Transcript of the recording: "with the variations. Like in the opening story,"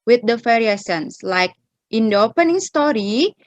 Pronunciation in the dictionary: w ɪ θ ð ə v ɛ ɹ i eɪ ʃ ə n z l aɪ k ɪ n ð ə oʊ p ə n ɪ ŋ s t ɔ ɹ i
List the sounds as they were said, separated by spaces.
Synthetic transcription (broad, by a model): w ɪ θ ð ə f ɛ ɹ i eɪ s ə n s l aɪ k ɪ n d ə oʊ p ə n ɪ ŋ s t ɔ ɹ i